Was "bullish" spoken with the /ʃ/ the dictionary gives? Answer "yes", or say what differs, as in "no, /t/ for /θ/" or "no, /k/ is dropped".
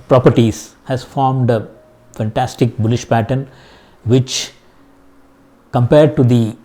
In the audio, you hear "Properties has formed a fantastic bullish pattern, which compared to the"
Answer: yes